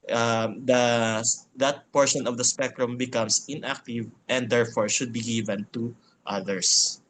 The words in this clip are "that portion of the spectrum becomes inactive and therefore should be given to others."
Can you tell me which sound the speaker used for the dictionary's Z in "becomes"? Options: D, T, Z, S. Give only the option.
S